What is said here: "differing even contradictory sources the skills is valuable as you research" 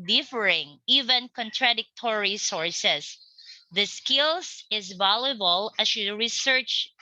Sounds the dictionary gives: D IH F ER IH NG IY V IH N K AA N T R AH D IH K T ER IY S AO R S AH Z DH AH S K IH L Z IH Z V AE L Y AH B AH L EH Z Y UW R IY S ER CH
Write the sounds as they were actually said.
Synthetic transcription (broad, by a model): D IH F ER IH NG IY V IH N K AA N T R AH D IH K T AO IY S AO R S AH S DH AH S K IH L S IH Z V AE L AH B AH L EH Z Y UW R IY S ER CH